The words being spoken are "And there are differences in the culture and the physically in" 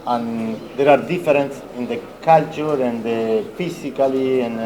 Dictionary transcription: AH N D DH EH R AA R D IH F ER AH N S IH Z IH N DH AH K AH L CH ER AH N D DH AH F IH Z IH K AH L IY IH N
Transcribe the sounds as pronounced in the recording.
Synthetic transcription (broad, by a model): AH N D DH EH R AA R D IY F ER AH N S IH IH N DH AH K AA L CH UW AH N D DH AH F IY S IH K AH L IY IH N